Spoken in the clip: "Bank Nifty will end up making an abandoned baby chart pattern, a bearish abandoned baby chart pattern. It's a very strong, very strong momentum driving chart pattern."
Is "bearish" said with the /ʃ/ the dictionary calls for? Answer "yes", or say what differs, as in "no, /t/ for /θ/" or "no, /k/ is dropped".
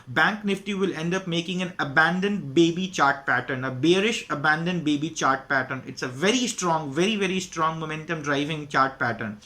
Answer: yes